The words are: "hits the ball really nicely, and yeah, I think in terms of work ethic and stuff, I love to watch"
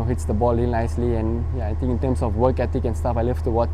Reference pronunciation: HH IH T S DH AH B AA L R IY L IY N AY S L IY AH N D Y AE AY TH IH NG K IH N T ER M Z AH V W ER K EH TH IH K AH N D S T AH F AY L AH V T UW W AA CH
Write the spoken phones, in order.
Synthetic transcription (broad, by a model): HH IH T S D AH B AA L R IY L N AY S L IY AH N Y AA AY T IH NG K IH N T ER M S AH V W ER K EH T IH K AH N S T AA F AY L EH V T UW W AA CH